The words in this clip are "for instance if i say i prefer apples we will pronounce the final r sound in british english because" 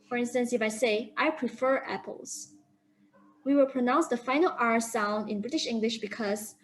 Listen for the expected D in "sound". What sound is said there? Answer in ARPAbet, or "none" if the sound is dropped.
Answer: D